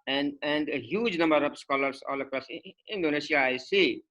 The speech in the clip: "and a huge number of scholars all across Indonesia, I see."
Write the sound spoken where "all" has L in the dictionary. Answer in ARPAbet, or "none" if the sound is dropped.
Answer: L